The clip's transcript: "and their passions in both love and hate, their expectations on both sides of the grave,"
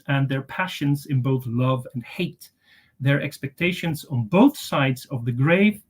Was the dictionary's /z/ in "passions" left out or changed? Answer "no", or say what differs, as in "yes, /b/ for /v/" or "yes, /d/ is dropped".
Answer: no